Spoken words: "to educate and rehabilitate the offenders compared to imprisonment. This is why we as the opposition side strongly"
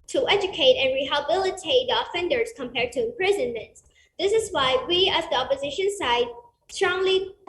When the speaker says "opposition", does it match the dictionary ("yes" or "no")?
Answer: yes